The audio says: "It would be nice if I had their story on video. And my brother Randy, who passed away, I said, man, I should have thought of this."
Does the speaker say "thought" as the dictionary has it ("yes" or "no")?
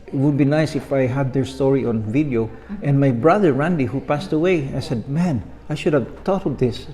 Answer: no